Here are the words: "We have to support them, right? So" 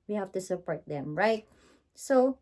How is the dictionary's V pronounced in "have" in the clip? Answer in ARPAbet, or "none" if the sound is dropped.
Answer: F